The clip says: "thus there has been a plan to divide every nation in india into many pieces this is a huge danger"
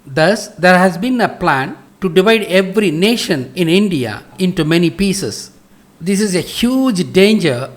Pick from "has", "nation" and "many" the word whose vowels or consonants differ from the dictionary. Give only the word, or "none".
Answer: none